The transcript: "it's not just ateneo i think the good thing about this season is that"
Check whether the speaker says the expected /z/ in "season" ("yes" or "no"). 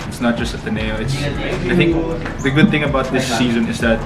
yes